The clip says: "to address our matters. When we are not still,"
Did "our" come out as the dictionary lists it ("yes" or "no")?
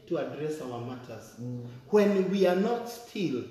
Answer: no